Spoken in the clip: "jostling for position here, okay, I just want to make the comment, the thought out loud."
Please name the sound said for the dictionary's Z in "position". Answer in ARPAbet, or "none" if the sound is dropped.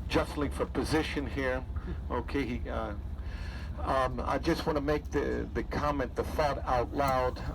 Z